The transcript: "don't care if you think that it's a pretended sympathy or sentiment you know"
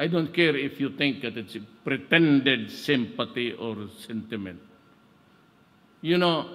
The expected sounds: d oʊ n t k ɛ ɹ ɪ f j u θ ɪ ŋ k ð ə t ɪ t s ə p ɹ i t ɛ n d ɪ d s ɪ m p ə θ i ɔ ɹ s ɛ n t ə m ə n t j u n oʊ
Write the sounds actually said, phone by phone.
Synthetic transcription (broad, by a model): d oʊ n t k ɛ ɹ ɪ f j u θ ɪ ŋ k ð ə t ɪ t s p ɹ i t ɛ n d ɪ d s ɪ m p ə t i ɔ ɹ s ɛ n t ə m ə n t j u n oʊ